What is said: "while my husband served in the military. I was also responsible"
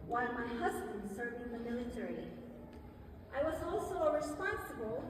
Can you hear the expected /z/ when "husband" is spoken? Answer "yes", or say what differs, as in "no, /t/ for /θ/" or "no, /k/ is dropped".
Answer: yes